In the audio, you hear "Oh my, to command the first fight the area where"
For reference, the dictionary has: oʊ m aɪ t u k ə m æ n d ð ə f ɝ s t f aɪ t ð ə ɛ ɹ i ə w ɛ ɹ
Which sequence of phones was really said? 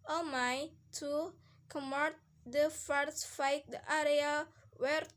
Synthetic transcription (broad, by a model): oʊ m aɪ t u k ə m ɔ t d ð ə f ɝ t f aɪ t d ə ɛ ɹ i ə w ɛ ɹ